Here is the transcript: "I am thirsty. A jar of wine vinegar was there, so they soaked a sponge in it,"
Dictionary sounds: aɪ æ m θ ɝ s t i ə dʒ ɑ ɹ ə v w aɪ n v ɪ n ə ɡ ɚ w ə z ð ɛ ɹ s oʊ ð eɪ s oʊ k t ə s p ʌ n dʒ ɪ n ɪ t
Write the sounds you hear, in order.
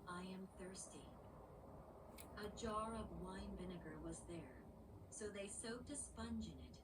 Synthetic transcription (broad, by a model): aɪ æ m θ ɝ s t i ə dʒ ɑ ɹ ə v w aɪ n v ɪ n ə ɡ ɚ w ə z ð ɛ ɹ s oʊ ð eɪ s oʊ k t ə s p ʌ n dʒ ɪ n ɪ t